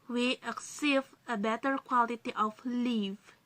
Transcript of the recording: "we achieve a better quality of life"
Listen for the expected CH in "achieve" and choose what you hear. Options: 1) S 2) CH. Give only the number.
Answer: 1